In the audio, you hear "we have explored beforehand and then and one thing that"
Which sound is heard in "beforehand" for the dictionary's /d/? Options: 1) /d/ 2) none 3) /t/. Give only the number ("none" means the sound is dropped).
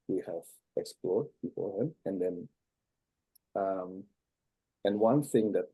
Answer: 2